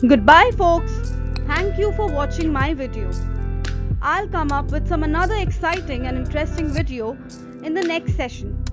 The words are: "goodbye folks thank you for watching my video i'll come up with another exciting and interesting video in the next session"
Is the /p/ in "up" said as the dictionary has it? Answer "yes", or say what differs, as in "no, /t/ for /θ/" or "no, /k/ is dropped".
yes